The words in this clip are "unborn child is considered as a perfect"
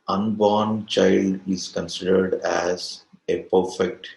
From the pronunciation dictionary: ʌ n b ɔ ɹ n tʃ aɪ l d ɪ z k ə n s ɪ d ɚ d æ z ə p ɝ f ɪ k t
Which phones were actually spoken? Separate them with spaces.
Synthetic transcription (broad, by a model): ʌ n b ɔ ɹ n tʃ aɪ l d ɪ z k ə n s ɪ d ɚ d æ z ə p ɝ f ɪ k t